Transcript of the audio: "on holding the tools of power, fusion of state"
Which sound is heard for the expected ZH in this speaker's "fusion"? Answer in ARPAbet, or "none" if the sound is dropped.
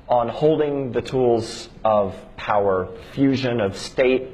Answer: ZH